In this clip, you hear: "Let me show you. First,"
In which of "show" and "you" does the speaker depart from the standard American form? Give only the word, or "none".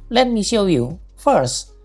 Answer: none